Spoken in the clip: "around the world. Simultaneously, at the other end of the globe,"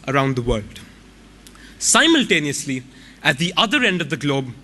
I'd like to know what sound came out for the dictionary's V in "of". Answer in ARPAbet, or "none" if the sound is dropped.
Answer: V